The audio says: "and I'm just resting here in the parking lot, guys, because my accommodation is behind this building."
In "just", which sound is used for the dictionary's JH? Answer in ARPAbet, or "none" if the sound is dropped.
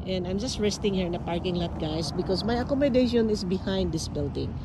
JH